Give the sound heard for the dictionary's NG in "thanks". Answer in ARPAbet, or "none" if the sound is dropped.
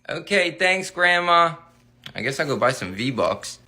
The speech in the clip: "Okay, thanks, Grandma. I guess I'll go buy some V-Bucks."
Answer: NG